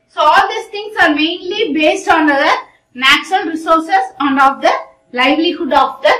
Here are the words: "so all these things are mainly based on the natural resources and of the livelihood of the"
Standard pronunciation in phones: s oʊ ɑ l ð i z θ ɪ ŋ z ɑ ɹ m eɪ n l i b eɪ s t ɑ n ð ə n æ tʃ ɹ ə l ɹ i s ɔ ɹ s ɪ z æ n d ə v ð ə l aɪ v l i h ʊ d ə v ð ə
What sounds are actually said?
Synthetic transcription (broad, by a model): s oʊ ɑ l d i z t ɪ ŋ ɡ ɑ ɹ m eɪ n l i b eɪ s t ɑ n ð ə n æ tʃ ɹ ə l ɹ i s ɔ ɹ s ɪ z æ n d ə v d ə l aɪ v l i h ʊ d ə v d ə